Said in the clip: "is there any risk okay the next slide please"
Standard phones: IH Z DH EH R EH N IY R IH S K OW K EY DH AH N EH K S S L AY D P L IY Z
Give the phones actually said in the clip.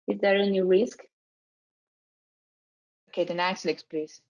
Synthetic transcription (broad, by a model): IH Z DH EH R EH N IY R IH S K OW K EY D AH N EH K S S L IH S P L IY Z